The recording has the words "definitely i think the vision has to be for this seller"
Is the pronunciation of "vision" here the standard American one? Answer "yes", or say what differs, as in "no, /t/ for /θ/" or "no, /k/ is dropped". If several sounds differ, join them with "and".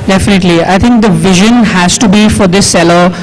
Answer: yes